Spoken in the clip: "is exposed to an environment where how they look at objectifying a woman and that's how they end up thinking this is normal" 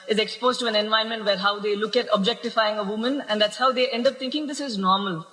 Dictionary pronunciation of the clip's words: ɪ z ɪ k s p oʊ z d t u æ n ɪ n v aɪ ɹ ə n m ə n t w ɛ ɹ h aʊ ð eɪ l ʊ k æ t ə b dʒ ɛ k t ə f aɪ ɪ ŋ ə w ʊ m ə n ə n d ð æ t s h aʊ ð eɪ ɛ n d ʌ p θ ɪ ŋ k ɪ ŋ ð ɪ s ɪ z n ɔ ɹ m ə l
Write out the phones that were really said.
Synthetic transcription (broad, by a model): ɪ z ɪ k s p oʊ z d t u æ n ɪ n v aɪ ə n m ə n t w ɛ ɹ h aʊ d eɪ l ʊ k æ t ə b dʒ ɛ k t ə f aɪ ɪ ŋ ə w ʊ m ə n ə n d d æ t s h aʊ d eɪ ɛ n d ʌ p t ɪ ŋ k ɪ ŋ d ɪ s ɪ z n ɔ ɹ m ə l